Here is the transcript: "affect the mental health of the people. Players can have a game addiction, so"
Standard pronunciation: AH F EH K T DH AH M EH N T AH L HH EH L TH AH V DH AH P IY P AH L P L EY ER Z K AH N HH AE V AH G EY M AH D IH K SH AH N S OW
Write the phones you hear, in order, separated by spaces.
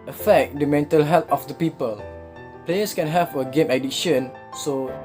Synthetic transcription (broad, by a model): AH F EH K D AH M EH N T AH L HH EH L T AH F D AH P IY P AH L P L EY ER S K AH N HH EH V AH G EY M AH D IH SH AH N S OW